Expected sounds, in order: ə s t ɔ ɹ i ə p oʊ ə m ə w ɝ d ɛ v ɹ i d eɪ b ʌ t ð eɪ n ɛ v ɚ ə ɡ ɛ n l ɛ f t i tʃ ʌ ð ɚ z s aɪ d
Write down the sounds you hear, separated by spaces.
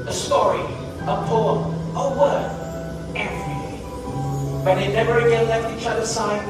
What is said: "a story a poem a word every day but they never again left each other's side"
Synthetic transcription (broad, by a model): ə s t ɔ ɹ i ə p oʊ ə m ə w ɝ ɛ v ɹ i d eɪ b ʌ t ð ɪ n ɛ v ɚ ə ɡ ɛ n l ɛ f t i tʃ ʌ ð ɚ s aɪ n